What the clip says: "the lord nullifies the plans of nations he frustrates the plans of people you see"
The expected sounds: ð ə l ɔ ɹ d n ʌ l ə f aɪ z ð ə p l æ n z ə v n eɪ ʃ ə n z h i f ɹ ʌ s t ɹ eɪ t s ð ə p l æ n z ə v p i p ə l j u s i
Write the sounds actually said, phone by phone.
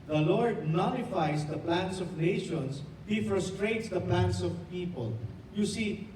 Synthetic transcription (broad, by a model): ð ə l ɔ ɹ d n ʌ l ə f aɪ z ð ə p l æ n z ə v n eɪ ʃ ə n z h i f ɹ ʌ s t ɹ eɪ t s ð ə p l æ n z ə v p i p ə l j u s i